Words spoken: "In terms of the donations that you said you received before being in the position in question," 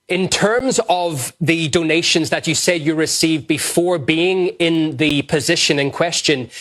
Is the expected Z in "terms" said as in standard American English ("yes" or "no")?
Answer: yes